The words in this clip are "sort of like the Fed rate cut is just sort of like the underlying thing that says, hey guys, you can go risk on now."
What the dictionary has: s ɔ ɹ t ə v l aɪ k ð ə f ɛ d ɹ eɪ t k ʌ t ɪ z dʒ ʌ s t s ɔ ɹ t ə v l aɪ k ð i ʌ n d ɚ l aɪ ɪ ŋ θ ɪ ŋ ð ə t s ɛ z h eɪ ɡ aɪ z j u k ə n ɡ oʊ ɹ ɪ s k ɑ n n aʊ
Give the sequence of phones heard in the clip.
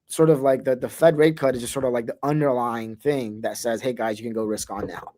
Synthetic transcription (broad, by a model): s ɔ ɹ t ə v l aɪ k ð ə f ɛ d ɹ eɪ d k ʌ t ɪ z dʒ ʌ s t s ɔ ɹ t ə v l aɪ k ð i ʌ n d ɚ l aɪ ɪ ŋ θ ɪ ŋ ð ə t s ɛ z h eɪ ɡ aɪ z j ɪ k ə n ɡ oʊ ɹ ɪ s k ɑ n n aʊ